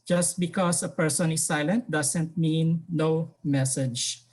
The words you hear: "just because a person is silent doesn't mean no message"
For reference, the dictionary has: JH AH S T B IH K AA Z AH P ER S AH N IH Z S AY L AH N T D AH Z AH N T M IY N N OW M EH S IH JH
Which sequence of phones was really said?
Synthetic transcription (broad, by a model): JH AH S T B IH K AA S AH P ER S AH N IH S AY L AH N T D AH S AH N T M IY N N OW M EH S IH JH